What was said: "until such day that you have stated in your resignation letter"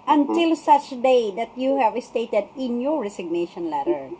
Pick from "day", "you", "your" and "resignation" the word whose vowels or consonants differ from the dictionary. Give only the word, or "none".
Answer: resignation